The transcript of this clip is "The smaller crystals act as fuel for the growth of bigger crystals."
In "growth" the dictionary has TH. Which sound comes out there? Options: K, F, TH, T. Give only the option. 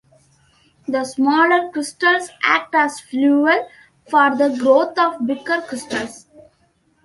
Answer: T